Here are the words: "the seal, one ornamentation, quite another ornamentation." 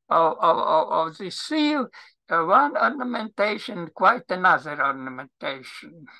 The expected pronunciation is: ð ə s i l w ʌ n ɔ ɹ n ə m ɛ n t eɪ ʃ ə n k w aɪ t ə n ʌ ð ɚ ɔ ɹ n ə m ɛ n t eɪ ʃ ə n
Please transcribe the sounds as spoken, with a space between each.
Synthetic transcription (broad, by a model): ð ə s i l w ʌ n ɔ ɹ n ə m ɛ n t eɪ ʃ ə n k w aɪ t ə n ʌ ð ɚ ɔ ɹ n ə m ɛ n t eɪ ʃ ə n